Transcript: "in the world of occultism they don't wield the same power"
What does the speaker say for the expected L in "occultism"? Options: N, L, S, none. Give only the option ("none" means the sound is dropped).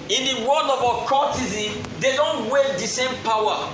none